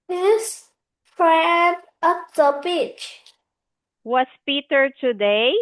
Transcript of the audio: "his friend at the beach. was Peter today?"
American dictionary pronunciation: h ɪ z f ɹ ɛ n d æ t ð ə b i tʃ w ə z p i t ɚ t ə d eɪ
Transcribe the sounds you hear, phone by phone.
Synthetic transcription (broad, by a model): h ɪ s f ɹ ɛ n d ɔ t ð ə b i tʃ w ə s p i t ɚ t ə d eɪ